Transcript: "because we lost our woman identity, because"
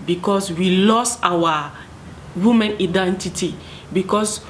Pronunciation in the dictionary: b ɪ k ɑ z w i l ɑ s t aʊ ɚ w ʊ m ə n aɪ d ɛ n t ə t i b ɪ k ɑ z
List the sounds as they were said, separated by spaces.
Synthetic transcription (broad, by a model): b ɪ k ɑ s w i l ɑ s aʊ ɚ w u m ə n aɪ d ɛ n t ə t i b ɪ k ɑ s